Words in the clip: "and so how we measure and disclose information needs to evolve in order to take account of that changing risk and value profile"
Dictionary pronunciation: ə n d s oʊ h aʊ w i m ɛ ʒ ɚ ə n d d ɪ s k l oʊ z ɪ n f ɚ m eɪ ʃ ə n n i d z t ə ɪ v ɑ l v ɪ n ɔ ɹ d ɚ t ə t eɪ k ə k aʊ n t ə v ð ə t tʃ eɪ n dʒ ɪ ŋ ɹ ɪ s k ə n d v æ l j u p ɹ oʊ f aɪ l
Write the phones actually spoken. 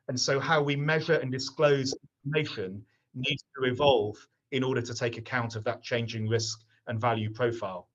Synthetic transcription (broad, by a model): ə n s oʊ h aʊ w i m ɛ ʒ ɚ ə n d d ɪ s k l oʊ z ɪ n f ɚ m eɪ ʃ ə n n i d z t ə ɪ v ɑ l v ɪ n ɔ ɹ d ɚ t ə t eɪ k ə k aʊ n t ə v ð ə t tʃ eɪ n dʒ ɪ ŋ ɹ ɪ s k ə n v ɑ l j u p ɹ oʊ f aɪ l